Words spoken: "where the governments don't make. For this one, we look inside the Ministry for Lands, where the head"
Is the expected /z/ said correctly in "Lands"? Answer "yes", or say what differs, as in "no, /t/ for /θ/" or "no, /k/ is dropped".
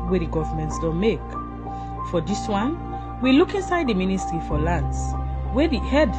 no, /s/ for /z/